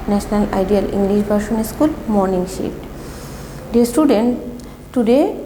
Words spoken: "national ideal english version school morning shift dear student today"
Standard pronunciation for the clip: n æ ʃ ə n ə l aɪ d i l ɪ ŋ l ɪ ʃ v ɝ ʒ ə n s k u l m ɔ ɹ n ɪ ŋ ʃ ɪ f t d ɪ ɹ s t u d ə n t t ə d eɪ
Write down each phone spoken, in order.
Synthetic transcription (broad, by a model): n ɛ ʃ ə n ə l aɪ d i l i ŋ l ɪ ʃ b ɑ ʃ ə n s k u l m ɔ ɹ n ɪ ŋ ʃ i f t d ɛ s t u d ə n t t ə d eɪ